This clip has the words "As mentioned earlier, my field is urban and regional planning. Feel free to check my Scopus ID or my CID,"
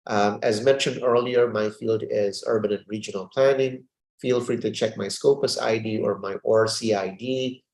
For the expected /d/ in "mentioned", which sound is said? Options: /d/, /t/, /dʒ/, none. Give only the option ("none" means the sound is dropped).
/d/